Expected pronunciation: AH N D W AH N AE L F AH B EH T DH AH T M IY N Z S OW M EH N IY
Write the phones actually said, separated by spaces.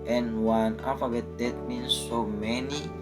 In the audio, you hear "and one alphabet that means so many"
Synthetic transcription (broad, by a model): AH N W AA N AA F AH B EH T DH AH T M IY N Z S OW M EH N IY